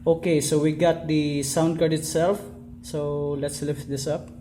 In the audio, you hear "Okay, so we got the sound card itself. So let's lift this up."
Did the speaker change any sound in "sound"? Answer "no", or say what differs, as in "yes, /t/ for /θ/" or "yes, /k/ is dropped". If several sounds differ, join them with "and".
no